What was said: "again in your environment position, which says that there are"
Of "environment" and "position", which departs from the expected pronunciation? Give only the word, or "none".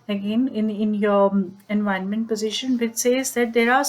environment